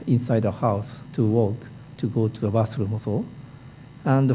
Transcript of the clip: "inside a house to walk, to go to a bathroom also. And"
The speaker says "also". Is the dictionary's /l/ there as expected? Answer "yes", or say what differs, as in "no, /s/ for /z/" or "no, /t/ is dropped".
no, /l/ is dropped